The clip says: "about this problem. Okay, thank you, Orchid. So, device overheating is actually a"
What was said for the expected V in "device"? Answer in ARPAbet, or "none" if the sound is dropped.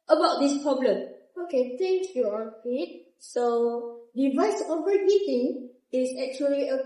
V